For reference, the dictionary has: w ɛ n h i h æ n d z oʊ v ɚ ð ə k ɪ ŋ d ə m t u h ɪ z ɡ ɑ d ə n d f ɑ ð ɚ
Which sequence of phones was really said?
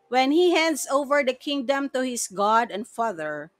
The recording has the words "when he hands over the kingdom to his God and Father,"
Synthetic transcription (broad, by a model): w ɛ n h i h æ n d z oʊ v ɚ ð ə k ɪ ŋ d ə m t u h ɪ s ɡ ɑ d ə n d f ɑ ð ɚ